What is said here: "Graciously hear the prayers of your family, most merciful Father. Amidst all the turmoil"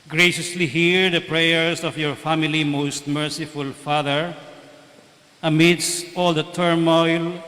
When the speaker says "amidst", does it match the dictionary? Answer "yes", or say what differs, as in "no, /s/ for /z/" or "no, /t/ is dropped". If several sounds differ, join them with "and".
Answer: yes